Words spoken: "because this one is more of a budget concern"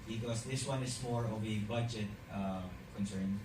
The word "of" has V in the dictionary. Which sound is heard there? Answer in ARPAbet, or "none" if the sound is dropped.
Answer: B